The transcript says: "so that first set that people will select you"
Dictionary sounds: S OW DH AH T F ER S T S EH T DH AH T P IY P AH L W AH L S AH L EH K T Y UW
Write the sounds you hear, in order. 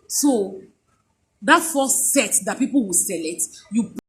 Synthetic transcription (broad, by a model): S OW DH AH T F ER S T S EH T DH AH T P IY P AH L W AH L S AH L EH T Y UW